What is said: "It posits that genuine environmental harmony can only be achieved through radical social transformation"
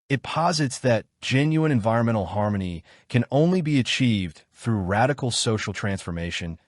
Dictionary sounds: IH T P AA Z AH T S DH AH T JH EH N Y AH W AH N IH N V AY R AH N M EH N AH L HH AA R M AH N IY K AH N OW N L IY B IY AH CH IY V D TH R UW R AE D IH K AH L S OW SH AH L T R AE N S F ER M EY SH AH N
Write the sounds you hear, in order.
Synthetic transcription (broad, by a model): IH T P AA Z AH T S DH AH T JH EH N Y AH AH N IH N V AY R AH N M EH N L HH AA R M AH N IY K AH N OW N L IY B IY AH CH IY V D TH R UW R AE D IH K L S OW SH L T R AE N S F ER M EY SH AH N